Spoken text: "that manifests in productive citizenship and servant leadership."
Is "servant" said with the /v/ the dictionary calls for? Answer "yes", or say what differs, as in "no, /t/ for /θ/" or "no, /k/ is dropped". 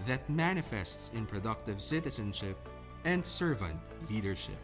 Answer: yes